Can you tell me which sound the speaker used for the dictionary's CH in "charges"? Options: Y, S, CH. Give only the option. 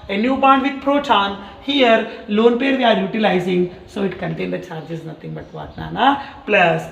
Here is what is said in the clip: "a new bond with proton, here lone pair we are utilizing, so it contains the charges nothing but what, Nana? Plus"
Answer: CH